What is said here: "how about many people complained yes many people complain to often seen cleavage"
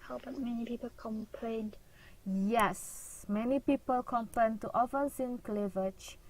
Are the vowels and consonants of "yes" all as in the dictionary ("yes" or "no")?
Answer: yes